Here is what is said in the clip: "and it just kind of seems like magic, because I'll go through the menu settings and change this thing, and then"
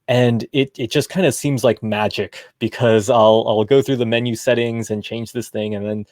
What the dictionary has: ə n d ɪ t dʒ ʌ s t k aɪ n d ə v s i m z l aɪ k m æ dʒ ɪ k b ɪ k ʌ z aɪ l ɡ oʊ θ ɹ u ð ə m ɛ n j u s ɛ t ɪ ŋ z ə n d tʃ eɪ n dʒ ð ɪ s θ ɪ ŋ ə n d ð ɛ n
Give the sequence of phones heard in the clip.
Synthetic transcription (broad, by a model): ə n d ɪ t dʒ ʌ s k aɪ n d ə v s i m z l aɪ k m æ dʒ ɪ k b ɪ k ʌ z aɪ l ɡ oʊ θ ɹ u ð ə m ɛ n j u s ɛ t ɪ ŋ z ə n tʃ eɪ n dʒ ð ɪ s θ ɪ ŋ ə n ð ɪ n